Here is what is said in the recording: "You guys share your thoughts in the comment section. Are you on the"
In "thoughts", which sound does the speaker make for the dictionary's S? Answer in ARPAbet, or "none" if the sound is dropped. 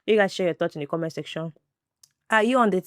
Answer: none